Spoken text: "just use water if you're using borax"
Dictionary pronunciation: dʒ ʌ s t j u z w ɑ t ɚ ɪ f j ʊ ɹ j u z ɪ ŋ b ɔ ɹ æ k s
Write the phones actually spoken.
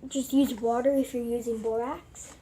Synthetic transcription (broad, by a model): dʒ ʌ s t j u z w ɑ t ɚ ɪ f j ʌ ɹ j u z ɪ ŋ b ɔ ɹ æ k s